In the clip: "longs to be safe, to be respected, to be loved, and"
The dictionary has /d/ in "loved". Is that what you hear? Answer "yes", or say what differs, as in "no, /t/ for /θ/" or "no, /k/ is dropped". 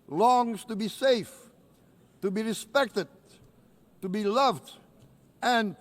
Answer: yes